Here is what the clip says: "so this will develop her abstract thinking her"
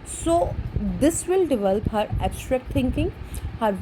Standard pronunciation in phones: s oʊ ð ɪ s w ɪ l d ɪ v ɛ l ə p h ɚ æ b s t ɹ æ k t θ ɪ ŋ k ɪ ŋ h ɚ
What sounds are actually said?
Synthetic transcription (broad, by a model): s oʊ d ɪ s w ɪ l d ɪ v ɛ l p h ɚ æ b s t ɹ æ k t t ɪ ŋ k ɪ ŋ h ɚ